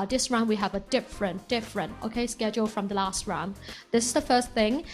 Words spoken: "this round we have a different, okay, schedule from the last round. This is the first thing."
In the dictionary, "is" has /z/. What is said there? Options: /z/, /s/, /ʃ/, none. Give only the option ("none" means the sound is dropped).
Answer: /z/